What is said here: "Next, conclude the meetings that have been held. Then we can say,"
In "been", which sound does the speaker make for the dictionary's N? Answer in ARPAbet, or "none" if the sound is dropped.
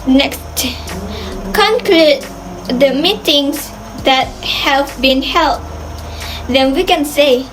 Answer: N